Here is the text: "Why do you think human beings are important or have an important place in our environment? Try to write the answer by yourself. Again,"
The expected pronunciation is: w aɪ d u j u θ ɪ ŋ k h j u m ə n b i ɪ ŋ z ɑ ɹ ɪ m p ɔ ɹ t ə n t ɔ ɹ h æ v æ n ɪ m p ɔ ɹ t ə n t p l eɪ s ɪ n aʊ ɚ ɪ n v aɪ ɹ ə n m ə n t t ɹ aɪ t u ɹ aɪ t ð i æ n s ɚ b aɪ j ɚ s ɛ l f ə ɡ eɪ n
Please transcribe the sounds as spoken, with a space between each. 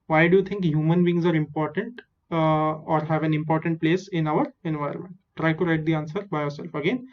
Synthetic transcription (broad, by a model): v aɪ d u j u t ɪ ŋ k h j u m ə n b i ɪ ŋ z ɑ ɹ ɪ m p ɔ ɹ t ə n t ɔ ɹ h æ v æ n ɪ m p ɔ ɹ t ə n t p l eɪ s ɪ n aʊ ɚ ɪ n v aɪ ə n m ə n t t ɹ aɪ t u ɹ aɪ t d i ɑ n s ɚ b aɪ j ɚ s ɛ l f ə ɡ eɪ n